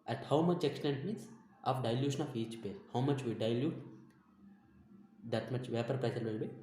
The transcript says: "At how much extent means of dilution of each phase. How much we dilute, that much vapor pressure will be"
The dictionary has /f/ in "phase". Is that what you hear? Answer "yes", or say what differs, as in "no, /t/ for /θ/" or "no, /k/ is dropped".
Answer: no, /p/ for /f/